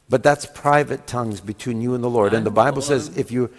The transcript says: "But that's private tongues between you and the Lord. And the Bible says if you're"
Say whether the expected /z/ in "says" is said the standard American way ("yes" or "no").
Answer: yes